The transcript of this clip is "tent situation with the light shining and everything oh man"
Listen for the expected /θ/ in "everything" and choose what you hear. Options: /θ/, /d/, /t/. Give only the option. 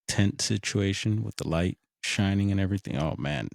/θ/